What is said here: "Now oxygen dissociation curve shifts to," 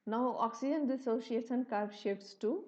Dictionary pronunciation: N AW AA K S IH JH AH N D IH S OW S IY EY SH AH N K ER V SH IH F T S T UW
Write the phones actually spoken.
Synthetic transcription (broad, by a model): N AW AA K S IH JH AH N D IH S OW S IY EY S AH N K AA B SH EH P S T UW